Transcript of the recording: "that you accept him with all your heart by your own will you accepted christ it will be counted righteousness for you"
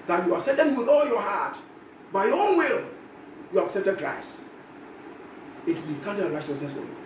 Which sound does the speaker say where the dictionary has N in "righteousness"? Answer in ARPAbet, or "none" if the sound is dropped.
none